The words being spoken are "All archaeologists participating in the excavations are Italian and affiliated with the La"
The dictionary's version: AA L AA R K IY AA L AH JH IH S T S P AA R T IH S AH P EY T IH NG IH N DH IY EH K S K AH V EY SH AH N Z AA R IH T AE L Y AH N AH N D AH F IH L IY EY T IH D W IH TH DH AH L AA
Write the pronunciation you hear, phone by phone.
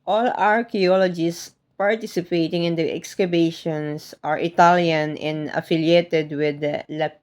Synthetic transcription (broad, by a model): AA L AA R K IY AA L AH JH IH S S P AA R T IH S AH P EY T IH NG IH N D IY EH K S K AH B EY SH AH N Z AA R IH T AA L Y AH N AH N D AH F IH L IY EY T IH D W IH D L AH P